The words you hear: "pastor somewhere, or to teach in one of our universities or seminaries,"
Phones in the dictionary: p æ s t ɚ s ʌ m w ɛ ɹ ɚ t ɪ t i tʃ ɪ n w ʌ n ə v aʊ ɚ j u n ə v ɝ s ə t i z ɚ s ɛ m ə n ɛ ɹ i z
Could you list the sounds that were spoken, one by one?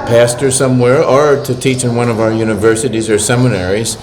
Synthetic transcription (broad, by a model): p æ s t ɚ s ʌ m w ɛ ɹ ɚ t ɪ t i tʃ ɪ n w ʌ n ə v aʊ ɚ j u n ə v ɝ s ə t i z ɚ s ɛ m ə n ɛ ɹ i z